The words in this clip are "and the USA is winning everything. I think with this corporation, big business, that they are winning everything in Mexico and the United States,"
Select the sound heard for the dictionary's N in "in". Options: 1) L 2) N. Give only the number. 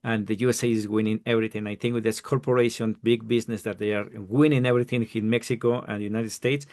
1